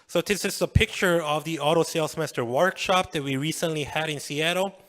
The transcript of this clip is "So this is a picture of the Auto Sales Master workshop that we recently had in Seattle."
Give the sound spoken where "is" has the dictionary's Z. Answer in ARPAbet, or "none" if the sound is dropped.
S